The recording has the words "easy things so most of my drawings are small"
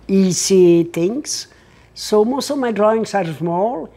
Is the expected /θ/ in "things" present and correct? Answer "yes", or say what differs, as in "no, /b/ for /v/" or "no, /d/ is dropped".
no, /t/ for /θ/